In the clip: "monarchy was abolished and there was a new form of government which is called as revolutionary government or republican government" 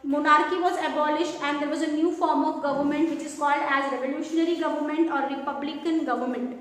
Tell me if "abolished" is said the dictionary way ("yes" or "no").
yes